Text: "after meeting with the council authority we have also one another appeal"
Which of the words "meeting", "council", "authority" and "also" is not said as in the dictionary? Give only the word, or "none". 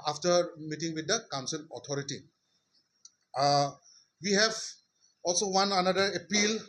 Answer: authority